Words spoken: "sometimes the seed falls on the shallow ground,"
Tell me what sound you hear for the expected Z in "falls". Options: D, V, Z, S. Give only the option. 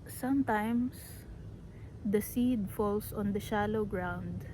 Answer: S